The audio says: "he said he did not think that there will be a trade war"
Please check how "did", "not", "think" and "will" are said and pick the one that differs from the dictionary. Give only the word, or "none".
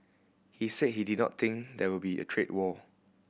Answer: think